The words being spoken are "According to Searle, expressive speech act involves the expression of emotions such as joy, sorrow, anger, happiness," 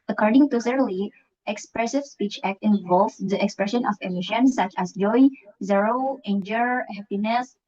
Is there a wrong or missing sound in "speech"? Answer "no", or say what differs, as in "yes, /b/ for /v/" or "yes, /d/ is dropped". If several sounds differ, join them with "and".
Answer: no